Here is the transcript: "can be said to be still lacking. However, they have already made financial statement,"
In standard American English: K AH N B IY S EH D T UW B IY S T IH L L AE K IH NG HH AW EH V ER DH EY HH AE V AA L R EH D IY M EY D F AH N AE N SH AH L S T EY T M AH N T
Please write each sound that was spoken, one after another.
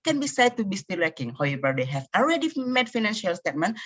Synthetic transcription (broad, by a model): K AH N B IY S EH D T UW B IY S T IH L W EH K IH NG HH AW EH V ER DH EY HH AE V AA L R EH D IY M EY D F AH N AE N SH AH L S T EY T M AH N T